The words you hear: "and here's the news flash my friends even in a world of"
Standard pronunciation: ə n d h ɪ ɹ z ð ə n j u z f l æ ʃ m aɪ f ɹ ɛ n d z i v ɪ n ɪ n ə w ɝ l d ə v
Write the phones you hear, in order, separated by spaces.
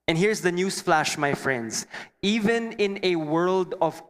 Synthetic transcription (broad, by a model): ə n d h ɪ ɹ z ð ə n j u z f l æ ʃ m aɪ f ɹ ɛ n d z i v ɪ n ɪ n ə w ɝ l d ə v